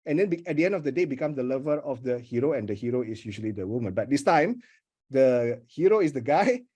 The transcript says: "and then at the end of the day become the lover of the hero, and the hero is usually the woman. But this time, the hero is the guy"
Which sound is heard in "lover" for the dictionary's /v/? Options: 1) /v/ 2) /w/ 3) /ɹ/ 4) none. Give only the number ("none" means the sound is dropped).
1